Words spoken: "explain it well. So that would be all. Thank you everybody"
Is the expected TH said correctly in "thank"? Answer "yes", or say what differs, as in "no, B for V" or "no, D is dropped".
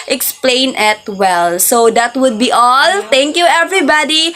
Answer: no, T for TH